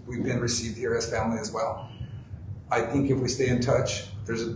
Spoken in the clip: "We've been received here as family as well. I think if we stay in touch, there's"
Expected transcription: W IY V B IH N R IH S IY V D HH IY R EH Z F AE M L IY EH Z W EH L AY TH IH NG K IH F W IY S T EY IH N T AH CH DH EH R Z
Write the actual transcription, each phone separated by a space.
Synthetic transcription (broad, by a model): W IY V B IH N R IH S IY V D HH IY R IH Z F AE M L IY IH Z W EH L AY TH IH NG K IH F W IY S T EY IH N T AH CH DH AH R Z